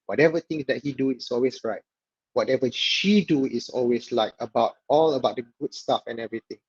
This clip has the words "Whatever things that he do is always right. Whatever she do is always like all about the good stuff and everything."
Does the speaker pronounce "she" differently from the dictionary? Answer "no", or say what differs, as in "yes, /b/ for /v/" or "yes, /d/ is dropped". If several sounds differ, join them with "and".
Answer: no